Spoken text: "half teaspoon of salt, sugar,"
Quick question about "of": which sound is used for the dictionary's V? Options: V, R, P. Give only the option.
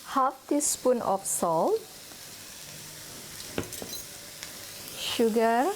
P